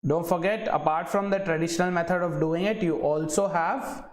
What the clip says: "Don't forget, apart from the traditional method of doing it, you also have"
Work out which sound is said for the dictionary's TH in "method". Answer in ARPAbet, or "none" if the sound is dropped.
T